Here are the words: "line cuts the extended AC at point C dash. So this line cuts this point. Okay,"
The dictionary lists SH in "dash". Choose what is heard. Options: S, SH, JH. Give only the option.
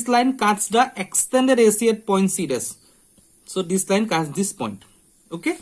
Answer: S